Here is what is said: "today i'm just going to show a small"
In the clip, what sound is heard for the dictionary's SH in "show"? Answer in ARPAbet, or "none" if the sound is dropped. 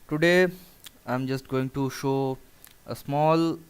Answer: SH